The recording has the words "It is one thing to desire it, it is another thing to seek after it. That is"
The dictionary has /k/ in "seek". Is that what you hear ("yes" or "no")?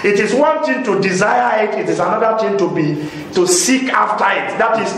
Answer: yes